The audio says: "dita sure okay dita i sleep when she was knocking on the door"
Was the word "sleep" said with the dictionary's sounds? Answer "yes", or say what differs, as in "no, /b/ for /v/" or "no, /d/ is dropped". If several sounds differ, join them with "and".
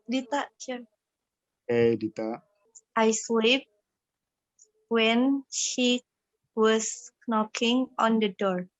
no, /w/ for /l/